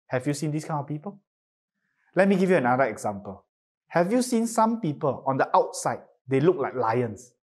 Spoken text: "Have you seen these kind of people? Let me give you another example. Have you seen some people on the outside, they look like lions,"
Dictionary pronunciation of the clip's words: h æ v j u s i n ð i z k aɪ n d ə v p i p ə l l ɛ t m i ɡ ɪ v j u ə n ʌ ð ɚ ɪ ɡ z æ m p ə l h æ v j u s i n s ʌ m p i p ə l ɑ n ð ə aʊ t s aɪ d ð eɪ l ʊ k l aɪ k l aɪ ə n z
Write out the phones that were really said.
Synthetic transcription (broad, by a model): h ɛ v j u s i n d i s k aɪ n ə f p i p ə l l ɛ t m i ɡ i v j u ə n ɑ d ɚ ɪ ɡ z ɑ m p ə l h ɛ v j u s i n s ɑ m p i p ə l ɑ n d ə aʊ t s aɪ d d eɪ l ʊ k l aɪ k l aɪ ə n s